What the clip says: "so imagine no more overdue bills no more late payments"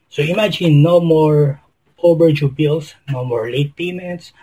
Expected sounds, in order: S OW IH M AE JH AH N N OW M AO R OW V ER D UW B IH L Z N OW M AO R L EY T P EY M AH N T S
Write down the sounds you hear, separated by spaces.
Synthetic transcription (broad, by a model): S OW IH M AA JH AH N N OW M AO R OW B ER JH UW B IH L S N OW M AO R L EY T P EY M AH N T S